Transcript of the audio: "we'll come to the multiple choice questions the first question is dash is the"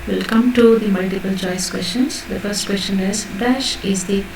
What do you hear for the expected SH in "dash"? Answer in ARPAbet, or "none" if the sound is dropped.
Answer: SH